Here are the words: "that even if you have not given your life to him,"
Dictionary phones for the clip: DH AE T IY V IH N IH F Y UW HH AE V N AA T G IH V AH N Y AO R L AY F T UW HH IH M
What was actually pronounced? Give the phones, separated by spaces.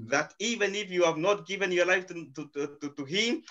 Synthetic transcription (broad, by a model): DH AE T IY V IH N IH F Y UW HH AE V N AA T G IH V AH N Y AO R L AY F T UW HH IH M